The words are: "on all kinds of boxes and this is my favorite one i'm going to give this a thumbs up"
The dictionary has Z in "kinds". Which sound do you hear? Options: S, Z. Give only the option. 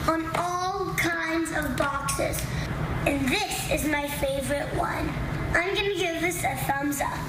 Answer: Z